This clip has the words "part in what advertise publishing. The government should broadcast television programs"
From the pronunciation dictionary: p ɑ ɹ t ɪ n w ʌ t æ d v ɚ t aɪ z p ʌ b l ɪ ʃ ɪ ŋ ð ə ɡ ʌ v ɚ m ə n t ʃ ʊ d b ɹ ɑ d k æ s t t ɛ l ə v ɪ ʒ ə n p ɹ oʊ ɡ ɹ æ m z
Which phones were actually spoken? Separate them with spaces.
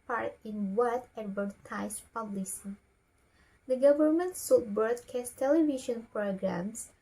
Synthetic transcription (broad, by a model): p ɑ ɹ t ɪ n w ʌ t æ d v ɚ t aɪ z p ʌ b l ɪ s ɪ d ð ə ɡ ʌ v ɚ m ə n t s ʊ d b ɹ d k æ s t t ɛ l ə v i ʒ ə n p ɹ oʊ ɡ ɹ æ m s